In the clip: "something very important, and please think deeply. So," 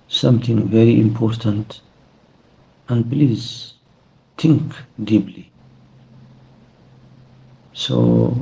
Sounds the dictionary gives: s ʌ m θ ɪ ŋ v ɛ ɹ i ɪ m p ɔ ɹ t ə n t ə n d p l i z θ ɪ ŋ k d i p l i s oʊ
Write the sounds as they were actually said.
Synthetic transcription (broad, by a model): s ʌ m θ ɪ ŋ v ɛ ɹ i ɪ m p ɔ ɹ t ə n t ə n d p l i z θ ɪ ŋ k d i b l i s oʊ